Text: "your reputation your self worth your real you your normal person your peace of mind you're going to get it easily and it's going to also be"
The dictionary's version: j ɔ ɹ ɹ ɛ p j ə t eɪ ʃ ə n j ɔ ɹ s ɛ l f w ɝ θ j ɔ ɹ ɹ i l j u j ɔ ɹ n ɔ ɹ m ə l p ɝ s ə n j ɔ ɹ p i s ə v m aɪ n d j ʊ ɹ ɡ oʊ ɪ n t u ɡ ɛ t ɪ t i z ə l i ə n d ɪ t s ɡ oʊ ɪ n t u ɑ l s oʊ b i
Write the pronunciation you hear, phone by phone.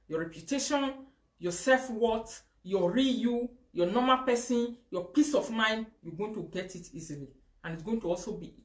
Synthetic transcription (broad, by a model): j ɔ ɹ ɹ ɛ p j ə t eɪ ʃ ə n j ɔ s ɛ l f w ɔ t j ɔ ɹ ɹ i j u j ɔ n ɔ m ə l p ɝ s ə n j ɔ p i s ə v m aɪ n d j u ɡ oʊ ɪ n t u ɡ ɛ t ɪ t i z ə l i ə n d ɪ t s ɡ oʊ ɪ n t u ɑ l s oʊ b i